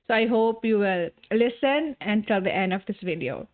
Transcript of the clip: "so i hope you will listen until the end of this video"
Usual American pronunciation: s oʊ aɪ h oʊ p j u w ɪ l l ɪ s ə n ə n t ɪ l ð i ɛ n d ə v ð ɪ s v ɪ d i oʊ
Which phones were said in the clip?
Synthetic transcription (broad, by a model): s oʊ aɪ h oʊ p j u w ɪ l l ɪ s ə n ə n t ɪ l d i ɛ n d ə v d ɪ s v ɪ d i oʊ